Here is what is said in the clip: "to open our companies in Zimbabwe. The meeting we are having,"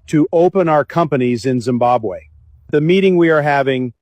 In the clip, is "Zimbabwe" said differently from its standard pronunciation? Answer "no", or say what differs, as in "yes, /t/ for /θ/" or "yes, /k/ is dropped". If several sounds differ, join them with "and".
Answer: no